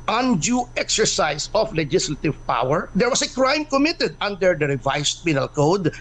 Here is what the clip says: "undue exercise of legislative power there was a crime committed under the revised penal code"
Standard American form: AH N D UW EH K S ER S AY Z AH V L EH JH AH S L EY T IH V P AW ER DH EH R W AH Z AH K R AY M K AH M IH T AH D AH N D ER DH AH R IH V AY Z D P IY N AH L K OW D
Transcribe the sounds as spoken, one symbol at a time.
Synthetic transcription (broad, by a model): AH N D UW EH K S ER S AY S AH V L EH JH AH S L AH T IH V P AW ER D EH R W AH S AH K R AY M K AH M IH T AH D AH N D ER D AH R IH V AY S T P IY N AH L K OW D